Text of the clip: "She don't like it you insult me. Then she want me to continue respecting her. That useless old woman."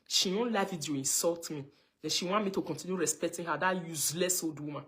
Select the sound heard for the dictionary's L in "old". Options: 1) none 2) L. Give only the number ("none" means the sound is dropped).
1